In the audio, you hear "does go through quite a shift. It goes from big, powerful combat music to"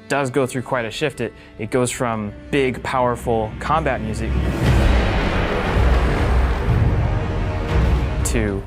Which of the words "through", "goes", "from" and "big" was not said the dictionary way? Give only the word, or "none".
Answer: none